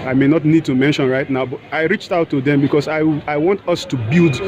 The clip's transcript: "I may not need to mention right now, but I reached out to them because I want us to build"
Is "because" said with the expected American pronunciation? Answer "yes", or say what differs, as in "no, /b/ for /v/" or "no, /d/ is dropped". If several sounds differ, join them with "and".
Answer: no, /s/ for /z/